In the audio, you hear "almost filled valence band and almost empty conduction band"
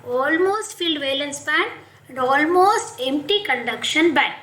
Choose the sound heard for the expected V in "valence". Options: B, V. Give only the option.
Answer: V